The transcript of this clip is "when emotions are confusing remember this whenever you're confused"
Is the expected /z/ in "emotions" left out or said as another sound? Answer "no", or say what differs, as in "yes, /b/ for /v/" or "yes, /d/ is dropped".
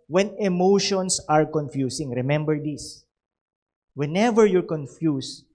yes, /s/ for /z/